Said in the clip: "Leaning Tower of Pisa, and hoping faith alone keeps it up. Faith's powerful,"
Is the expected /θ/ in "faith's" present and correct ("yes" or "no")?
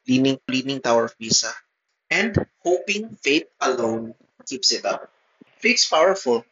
no